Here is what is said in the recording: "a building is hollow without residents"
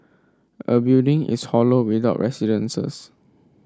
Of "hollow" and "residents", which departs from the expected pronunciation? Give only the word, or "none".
residents